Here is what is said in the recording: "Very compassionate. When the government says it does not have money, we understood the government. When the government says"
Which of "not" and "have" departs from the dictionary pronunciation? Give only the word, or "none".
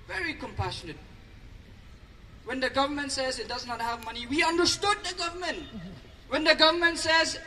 none